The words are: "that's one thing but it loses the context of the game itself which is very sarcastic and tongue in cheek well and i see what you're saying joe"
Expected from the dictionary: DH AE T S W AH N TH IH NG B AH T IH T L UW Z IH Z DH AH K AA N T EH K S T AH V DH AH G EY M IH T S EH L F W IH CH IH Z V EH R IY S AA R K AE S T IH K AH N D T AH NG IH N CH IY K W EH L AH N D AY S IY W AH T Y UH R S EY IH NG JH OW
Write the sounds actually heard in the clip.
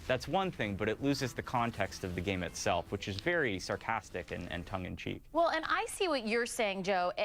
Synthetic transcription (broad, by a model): DH AE T S W AH N TH IH NG B AH T IH T L UW Z IH Z DH AH K AA N T EH K S T AH V DH AH G EY M IH T S EH L F W IH CH IH Z V EH R IY S AA R K AE S T IH K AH N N T AH NG IH N CH IY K W EH L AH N AY S IY W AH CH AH R S EY IH NG JH OW